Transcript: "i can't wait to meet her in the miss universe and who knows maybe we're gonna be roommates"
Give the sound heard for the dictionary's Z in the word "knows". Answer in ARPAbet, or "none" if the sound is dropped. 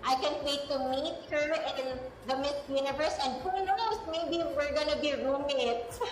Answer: S